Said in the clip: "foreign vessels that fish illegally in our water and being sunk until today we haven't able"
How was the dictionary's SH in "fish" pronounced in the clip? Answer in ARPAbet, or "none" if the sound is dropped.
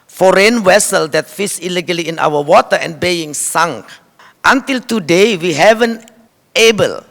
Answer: S